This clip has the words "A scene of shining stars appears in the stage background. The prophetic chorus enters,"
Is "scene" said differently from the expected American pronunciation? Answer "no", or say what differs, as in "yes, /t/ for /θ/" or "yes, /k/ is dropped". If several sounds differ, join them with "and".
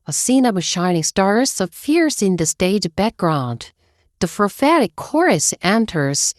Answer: no